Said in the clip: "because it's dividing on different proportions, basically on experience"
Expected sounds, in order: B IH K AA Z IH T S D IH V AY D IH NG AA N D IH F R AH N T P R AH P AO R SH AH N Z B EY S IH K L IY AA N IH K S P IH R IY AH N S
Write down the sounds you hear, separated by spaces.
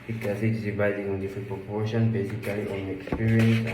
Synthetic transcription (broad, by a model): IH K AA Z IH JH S D IH V AY D IH NG AA N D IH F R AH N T P R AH P AO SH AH N B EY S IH K L IY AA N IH K S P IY R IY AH N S